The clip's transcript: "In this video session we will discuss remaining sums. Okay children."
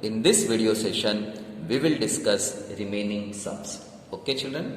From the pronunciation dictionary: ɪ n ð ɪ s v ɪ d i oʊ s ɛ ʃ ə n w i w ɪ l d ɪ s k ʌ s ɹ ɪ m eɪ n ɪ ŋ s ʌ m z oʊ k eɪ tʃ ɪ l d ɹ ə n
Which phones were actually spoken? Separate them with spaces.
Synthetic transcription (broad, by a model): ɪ n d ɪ s v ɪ d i oʊ s ɛ ʃ ə n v i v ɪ l d ɪ s k ʌ s ɹ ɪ m eɪ n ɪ ŋ s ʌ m s oʊ k eɪ tʃ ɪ l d ɹ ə n